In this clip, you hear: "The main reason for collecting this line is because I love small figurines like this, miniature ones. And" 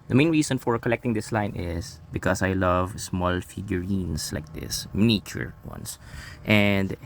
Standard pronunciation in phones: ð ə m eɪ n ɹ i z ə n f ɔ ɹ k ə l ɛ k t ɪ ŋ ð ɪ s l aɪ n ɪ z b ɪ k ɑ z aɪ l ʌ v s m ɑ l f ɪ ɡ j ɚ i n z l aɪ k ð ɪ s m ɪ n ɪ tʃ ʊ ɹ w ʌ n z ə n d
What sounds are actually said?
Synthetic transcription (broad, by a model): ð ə m eɪ n ɹ i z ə n f ɔ ɹ k ə l ɛ k t ɪ ŋ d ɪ s l aɪ n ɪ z b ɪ k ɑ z aɪ l ʌ v s m ɑ l f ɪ ɡ j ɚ i n s l aɪ k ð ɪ s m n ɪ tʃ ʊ ɹ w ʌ n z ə n d